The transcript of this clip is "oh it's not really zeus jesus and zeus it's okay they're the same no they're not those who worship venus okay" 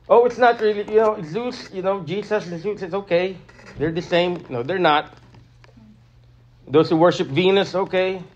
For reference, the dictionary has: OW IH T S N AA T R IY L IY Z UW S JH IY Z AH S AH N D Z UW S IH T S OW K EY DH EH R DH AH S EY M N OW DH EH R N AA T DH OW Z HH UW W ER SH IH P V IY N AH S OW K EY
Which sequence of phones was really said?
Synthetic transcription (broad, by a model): OW IH T S N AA T R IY L IY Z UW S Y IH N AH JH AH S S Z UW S IH T S OW K EY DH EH R DH AH S EY M N OW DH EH R N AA T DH OW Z HH UW W ER SH IH P V IY N AH S OW K EY